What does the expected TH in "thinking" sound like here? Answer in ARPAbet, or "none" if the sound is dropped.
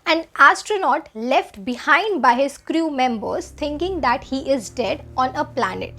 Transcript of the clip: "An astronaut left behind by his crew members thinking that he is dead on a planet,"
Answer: T